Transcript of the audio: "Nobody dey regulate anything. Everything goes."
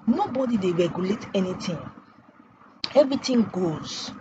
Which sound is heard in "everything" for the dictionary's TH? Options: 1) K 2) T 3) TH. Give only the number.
2